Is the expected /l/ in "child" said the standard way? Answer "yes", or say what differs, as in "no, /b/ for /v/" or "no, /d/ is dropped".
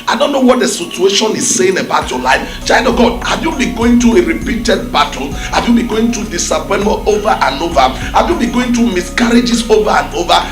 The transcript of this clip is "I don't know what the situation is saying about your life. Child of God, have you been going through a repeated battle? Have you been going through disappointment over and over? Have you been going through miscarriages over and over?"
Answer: no, /l/ is dropped